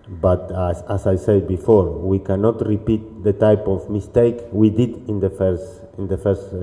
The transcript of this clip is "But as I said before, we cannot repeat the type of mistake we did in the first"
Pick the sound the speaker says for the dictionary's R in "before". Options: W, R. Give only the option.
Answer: R